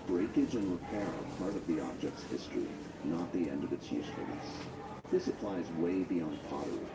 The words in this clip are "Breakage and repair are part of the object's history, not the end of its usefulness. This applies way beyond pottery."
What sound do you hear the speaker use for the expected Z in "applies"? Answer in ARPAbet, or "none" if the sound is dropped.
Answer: Z